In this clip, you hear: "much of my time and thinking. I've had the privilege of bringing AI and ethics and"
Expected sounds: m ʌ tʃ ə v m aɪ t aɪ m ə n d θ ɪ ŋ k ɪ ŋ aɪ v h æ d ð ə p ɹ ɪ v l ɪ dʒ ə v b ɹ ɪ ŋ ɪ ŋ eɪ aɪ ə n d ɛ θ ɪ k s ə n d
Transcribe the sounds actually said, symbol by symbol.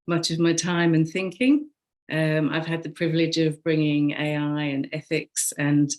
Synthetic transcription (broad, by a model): m ʌ tʃ ə v m aɪ t aɪ m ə n θ ɪ ŋ k ɪ ŋ aɪ v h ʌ d ð ə p ɹ ɪ v l ɪ dʒ ə v b ɹ ɪ ŋ ɪ ŋ eɪ aɪ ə n ɛ θ ɪ k s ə n